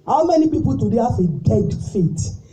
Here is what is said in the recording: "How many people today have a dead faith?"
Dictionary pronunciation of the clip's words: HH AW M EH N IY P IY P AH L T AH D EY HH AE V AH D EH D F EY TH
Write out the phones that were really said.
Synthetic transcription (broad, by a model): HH AW M EH N IY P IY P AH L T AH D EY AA F AH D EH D F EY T